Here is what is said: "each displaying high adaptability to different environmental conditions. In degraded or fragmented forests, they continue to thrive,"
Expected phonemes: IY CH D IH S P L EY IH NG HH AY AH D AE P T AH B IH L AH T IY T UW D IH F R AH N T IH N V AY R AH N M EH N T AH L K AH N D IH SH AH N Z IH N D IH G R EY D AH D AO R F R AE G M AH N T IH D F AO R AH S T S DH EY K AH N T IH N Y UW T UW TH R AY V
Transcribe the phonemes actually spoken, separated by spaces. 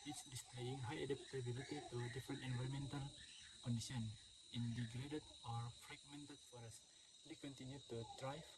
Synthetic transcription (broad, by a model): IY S D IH S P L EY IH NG HH AY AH D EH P T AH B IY L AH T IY T UW D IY F R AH N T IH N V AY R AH M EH N T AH L K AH N D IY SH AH N IH N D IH G R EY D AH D AO R F R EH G M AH N T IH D F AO R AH S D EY K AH N T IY N Y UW T UW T R AY